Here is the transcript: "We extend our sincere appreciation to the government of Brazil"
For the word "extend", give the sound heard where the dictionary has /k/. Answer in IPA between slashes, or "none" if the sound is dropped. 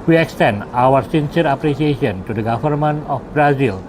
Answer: /k/